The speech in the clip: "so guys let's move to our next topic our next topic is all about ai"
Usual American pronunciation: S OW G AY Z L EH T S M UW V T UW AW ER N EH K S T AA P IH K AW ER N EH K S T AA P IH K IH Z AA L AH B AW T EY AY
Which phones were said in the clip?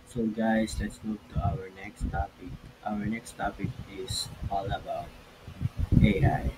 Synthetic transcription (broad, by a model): S OW G AY S L EH T S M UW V T UW AW ER N EH K S T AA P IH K AW ER N EH K S T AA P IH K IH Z AA L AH B AW T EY AY